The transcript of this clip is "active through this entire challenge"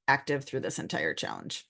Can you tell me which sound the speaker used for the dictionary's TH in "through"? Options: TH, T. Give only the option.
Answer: TH